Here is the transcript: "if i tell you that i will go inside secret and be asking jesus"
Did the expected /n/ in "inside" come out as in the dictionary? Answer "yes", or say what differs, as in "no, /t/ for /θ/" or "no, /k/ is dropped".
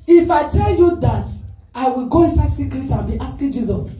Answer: yes